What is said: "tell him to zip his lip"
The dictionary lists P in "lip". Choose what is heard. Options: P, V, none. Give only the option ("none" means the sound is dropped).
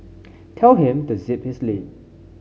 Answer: none